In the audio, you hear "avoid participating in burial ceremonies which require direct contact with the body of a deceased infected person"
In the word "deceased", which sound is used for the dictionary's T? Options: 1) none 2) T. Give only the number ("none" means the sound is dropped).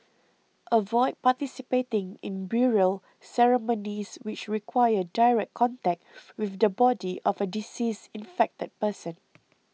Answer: 1